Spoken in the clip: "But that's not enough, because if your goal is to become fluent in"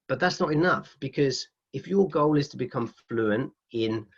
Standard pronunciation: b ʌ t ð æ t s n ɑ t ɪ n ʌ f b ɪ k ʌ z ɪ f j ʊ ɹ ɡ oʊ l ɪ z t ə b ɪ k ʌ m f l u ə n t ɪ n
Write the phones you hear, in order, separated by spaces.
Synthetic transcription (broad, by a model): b ʌ t ð æ t s n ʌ t ɪ n ʌ f b ɪ k ʌ z ɪ f j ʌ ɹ ɡ oʊ l ɪ z t ə b ɪ k ʌ m f l u ə n t ɪ n